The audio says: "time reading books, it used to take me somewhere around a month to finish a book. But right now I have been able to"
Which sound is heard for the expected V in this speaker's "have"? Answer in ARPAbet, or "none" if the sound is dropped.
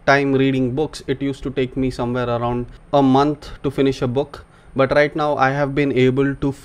V